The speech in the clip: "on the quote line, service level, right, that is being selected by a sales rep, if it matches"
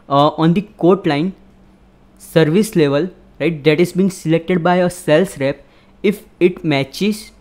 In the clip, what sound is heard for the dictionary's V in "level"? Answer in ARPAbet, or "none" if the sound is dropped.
V